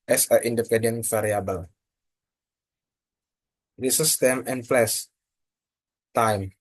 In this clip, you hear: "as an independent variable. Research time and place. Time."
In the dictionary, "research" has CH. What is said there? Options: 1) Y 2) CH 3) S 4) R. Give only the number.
3